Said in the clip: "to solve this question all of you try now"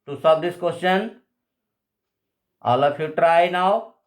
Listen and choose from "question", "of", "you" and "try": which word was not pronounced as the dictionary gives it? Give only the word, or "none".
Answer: of